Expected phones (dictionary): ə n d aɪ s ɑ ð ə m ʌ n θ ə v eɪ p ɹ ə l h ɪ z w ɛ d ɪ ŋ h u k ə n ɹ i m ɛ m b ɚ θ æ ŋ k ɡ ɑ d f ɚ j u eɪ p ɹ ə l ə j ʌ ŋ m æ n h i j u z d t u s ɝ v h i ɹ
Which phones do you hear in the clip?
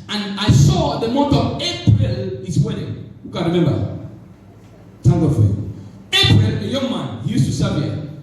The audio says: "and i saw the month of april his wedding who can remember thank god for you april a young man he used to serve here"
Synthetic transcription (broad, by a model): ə n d aɪ s ɑ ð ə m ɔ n t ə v eɪ p ɹ ə l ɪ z w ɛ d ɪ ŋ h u k ə n ɹ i m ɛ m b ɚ t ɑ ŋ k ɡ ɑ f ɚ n eɪ p ɹ ə l ə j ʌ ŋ m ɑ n h i j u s t u s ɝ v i